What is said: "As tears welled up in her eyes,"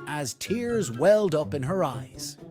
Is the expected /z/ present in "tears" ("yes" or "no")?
yes